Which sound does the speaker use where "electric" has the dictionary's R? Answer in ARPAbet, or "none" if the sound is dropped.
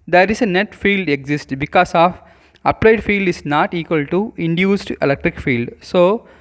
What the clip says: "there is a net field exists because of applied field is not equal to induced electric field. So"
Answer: R